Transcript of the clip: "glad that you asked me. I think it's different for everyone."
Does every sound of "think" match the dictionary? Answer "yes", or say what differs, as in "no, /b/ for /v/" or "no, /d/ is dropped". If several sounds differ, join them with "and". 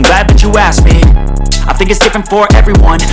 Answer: yes